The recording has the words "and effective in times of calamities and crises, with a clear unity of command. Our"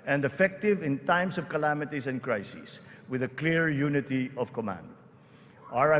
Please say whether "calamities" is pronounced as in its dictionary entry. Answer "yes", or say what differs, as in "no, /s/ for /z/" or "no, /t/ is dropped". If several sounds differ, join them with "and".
no, /s/ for /z/